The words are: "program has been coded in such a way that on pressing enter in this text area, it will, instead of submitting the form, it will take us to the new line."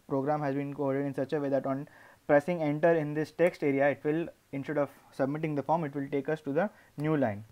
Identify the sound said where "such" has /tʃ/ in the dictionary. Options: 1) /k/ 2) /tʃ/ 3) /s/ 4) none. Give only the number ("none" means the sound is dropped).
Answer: 2